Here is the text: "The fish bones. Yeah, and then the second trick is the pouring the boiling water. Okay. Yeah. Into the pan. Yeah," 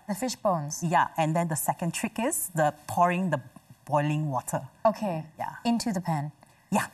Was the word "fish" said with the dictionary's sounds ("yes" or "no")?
yes